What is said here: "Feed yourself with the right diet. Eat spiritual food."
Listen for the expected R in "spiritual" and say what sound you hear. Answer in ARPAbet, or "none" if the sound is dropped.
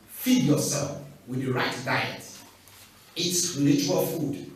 L